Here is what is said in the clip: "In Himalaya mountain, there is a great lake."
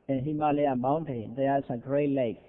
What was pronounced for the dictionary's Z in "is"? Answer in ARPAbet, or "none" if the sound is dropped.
S